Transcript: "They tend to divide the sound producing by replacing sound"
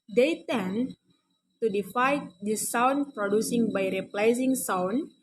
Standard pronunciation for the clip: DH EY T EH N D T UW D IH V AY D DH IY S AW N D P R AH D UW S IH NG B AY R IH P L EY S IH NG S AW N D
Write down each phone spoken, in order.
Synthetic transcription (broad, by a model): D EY T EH N T UW D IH F AY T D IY S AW N P R AH D UW S IH NG B AY R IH P L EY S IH NG S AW N